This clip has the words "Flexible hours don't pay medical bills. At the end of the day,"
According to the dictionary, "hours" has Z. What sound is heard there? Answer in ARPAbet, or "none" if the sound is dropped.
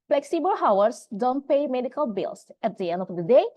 S